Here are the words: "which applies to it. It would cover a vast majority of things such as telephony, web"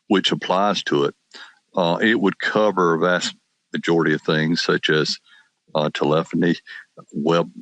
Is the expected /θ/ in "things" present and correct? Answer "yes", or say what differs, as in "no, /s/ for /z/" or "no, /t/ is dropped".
yes